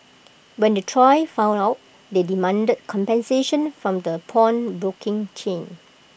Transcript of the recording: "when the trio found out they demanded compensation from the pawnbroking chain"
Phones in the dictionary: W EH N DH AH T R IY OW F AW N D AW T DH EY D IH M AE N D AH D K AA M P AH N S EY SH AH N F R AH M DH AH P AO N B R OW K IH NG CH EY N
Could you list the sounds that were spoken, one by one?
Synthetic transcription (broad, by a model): W EH N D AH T R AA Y F AW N AW T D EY D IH M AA N D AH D K AA M P AH N S EY SH AH N F R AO M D AH P AO N B R OW K IH NG CH EY N